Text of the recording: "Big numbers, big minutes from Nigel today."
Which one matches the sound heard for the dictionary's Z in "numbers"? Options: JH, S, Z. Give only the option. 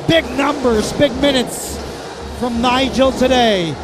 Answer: Z